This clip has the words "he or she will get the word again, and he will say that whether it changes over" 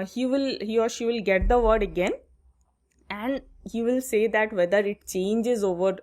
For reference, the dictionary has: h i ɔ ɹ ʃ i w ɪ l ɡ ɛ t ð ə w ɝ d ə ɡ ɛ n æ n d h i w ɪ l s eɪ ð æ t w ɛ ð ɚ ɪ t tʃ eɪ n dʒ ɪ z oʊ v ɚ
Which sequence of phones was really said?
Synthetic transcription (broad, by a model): h i ɔ ɹ ʃ i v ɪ l ɡ ɛ t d ə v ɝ d ə ɡ ɛ n æ n d h i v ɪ l s eɪ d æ t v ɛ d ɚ ɪ t tʃ eɪ n dʒ ɪ z oʊ v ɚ